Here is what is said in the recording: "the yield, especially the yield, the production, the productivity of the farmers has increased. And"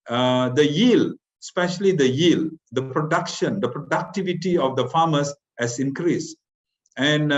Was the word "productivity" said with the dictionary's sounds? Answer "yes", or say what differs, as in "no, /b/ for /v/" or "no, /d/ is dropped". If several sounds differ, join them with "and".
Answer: yes